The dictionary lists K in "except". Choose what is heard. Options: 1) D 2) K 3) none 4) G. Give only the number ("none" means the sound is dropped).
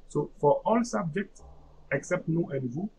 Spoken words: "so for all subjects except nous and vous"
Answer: 2